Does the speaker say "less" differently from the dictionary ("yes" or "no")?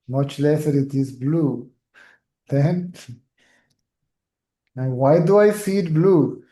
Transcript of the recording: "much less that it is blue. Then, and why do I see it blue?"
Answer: no